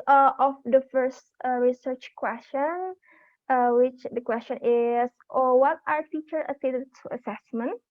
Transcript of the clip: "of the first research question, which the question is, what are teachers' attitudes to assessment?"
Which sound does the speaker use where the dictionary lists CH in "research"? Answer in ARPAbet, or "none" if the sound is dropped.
CH